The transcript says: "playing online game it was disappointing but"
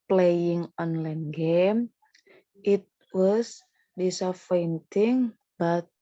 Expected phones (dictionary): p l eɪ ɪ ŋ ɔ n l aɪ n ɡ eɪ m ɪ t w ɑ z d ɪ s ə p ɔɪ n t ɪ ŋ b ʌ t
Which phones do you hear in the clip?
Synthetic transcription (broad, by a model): p l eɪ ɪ ŋ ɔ n l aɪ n ɡ eɪ m ɪ t w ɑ s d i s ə f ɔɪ n t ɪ ŋ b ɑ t